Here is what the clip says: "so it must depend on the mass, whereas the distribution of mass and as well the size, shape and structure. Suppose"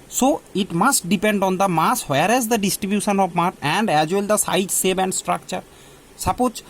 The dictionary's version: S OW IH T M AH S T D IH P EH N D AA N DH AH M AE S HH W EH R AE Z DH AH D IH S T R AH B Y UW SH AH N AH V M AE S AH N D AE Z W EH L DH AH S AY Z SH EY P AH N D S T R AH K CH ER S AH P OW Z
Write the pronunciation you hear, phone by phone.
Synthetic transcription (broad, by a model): S OW IH T M AH S T D IH P EH N D AA N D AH M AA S HH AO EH R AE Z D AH D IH S T R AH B Y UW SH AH N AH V M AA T AH N D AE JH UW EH L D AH S AY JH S EY B AH N D S T R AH K CH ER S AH P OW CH